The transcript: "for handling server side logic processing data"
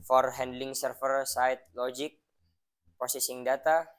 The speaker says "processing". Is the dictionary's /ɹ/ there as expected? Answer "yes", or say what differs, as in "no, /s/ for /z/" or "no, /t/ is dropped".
no, /ɹ/ is dropped